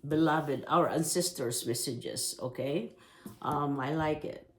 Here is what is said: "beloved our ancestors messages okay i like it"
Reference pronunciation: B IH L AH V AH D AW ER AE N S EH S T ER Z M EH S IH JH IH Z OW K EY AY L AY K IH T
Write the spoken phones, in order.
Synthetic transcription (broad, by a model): B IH L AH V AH D AW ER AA N S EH S T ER S M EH S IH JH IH S OW K EY AY L AY K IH T